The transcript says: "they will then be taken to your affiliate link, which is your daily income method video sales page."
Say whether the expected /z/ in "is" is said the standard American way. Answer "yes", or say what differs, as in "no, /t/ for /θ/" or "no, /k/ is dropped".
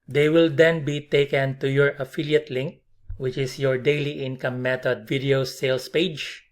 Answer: no, /s/ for /z/